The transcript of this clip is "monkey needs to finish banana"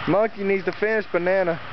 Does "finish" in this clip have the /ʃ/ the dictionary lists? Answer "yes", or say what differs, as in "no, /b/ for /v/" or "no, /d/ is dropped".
no, /s/ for /ʃ/